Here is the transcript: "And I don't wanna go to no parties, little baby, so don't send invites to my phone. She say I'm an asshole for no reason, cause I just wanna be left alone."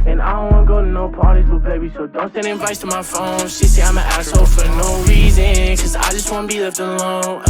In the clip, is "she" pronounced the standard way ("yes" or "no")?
no